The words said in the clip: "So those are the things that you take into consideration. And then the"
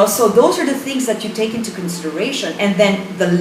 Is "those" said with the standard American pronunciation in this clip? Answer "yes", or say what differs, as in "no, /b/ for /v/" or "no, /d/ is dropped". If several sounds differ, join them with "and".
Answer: yes